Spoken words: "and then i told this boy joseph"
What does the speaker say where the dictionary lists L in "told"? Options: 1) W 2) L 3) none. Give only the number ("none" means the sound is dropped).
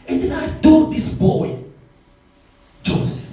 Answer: 3